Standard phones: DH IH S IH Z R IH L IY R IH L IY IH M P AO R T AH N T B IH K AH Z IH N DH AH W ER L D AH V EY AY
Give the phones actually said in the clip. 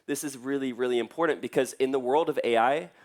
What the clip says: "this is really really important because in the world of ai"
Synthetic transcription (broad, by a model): DH IH S IH Z R IH L IY R IH L IY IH M P AO R T N B IH K AH Z IH N DH AH W ER L D AH V EY AY